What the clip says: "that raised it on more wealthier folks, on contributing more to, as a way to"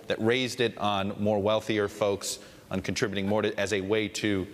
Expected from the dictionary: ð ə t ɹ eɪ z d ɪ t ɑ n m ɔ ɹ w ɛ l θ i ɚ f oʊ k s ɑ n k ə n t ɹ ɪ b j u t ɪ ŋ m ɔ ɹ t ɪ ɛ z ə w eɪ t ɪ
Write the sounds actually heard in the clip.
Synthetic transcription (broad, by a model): ð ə t ɹ eɪ z d ɪ t n m ɔ ɹ w ɛ l θ i ɚ f oʊ k s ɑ n k n t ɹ ɪ b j t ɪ ŋ m ɔ ɹ t ɪ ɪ z ə w eɪ t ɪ